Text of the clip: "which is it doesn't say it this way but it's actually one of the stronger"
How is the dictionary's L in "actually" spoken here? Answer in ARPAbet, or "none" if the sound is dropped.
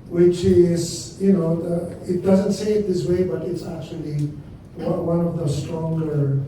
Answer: W